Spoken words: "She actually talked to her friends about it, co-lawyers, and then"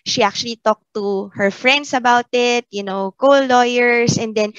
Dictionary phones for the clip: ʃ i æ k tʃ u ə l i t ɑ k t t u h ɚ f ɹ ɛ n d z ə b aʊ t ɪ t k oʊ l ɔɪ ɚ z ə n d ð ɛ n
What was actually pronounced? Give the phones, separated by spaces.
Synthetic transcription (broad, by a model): ʃ i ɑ k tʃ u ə l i t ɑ k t t u h ɚ f ɹ ɛ n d s ə b aʊ t ɪ t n oʊ l ɔɪ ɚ s ə n d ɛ n